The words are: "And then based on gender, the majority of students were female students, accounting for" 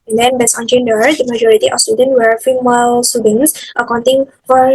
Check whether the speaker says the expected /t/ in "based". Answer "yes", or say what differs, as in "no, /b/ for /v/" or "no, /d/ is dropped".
no, /t/ is dropped